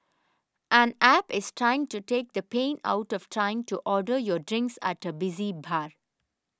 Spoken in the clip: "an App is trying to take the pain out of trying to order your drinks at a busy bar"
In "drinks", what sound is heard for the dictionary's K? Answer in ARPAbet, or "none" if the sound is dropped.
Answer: K